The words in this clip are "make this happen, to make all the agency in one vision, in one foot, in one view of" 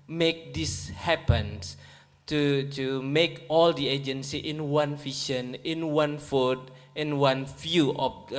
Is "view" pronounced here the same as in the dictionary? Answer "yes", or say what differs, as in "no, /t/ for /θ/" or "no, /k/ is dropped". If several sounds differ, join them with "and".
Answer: no, /f/ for /v/